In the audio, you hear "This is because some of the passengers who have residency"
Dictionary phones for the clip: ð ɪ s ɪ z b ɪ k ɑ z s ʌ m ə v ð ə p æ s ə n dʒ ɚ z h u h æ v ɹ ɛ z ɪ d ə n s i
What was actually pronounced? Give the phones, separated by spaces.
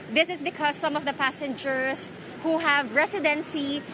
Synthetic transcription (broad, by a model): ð ɪ s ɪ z b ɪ k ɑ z s ʌ m ə v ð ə p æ s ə n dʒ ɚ s h u h æ v ɹ ɛ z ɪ d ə n s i